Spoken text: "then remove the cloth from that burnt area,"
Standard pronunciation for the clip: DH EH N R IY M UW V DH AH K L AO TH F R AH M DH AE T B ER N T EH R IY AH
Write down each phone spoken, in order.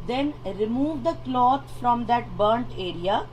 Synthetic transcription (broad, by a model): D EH N R IY M UW V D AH K L AO T F R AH M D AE T B ER N T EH R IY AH